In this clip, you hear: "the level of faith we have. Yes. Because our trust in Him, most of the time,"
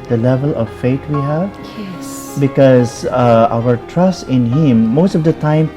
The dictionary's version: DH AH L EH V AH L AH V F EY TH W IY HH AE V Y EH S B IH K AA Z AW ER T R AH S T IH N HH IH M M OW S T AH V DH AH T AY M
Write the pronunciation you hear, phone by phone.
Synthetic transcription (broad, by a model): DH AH L EH V AH L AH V F EY T W IY HH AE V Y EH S B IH K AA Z AW ER T R AH S T IH N HH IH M M OW S T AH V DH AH T AY M